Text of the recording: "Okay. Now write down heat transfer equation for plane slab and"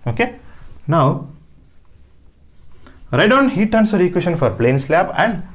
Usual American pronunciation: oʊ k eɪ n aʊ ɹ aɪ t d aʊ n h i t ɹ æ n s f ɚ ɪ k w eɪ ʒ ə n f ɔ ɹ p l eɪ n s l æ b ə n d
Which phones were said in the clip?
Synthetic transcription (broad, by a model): oʊ k eɪ n aʊ ɹ aɪ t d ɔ n h i t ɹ n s ɚ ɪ k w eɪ ʃ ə n f ɔ ɹ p l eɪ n s l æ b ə n d